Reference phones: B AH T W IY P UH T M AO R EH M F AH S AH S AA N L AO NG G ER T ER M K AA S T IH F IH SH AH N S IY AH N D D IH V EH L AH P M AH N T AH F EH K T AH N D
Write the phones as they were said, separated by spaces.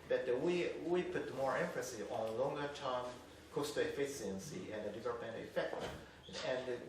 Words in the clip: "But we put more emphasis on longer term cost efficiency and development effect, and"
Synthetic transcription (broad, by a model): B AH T W IY P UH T M AO R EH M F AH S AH AA N L AO NG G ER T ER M K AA S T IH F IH S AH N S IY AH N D D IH V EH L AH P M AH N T AH F EH K T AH N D